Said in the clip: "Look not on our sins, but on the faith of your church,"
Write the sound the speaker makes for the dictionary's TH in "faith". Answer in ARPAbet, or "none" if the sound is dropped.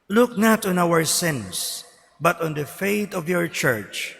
T